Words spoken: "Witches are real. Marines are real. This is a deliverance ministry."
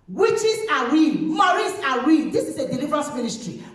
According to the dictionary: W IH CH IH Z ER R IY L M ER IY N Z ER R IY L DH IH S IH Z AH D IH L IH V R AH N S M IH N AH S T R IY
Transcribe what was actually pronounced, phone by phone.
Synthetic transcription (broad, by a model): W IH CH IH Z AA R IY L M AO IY Z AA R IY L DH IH S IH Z AH D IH L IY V R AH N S M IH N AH S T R IY